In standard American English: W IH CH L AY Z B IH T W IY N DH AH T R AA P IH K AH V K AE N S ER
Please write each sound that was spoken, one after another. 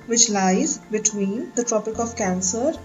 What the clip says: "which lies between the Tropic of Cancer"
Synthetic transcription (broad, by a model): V IH CH L AY Z B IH T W IY N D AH T R AA P IH K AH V K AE N S ER